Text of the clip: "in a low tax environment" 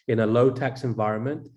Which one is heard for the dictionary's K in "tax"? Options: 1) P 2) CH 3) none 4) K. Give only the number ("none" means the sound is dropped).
4